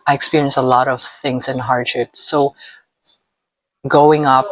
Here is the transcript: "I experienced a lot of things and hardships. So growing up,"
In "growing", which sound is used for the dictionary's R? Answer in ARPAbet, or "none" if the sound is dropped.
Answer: none